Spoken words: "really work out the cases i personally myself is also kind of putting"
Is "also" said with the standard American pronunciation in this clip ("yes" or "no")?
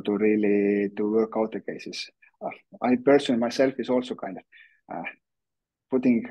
yes